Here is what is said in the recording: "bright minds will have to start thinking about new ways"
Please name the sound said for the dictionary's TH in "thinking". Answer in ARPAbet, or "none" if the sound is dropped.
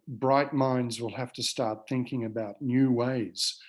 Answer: TH